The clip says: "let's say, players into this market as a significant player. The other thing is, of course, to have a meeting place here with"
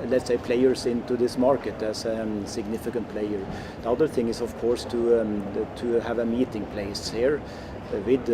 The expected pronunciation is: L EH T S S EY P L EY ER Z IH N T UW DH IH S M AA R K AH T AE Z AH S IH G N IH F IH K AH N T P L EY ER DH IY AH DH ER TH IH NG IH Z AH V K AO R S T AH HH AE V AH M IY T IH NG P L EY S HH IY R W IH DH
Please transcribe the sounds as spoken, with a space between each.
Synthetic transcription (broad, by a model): L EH T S S EY P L EY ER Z IH N T UW DH IH S M AA R K AH T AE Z AH S IH G N IH F IH K AH N T P L EY ER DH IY AH DH ER TH IH NG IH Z AH V K AO R S T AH HH AE V AH M IY T IH NG P L EY S HH IY R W IH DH